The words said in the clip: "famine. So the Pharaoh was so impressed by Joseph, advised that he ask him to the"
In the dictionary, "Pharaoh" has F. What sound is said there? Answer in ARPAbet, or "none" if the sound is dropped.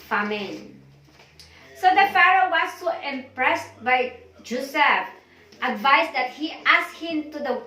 F